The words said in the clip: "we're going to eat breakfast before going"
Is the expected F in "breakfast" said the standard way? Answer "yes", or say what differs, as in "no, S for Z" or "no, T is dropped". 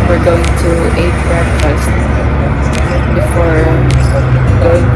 no, F is dropped